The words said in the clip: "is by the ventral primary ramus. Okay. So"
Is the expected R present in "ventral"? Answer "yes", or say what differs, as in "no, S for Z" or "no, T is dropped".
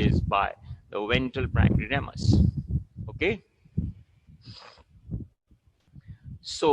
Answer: no, R is dropped